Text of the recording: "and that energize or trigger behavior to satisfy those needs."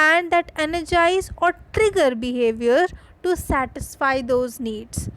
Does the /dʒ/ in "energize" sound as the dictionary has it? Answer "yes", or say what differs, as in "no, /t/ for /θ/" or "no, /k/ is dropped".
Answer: yes